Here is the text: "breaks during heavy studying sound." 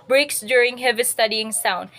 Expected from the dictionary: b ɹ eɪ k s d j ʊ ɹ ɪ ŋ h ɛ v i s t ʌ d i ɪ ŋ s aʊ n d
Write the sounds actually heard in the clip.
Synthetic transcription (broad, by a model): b ɹ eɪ k s d j ʊ ɹ ɪ ŋ h ɛ v i s t ʌ d i ɪ ŋ s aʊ n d